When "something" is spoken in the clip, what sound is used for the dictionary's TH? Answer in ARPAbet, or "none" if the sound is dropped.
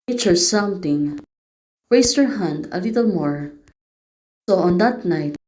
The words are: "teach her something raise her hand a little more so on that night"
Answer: T